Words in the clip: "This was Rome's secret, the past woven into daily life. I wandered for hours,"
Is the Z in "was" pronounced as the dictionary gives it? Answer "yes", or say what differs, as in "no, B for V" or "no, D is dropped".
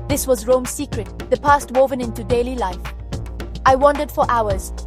yes